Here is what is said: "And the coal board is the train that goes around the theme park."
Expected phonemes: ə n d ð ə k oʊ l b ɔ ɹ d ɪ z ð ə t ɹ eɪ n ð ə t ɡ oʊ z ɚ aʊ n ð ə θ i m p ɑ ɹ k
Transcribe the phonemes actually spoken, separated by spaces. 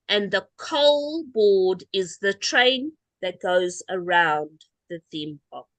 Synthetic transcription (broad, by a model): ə n ð ə k oʊ l b ɔ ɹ d ɪ z ð ə t ɹ eɪ n ð ə t ɡ oʊ z ɚ aʊ n ð ə θ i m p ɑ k